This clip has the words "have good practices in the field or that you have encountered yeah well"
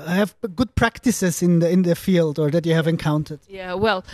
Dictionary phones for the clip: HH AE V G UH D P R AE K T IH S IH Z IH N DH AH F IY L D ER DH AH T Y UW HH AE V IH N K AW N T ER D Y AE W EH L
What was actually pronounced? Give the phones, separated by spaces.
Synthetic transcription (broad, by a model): HH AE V G UH D P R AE K T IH S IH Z IH N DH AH F IY L D ER DH AH T Y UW HH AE V IH N K AW N T ER D Y AE W EH L